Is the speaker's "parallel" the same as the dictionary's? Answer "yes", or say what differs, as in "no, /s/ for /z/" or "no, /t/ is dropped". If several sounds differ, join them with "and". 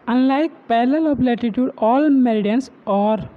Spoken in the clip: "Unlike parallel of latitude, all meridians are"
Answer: no, /l/ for /ɹ/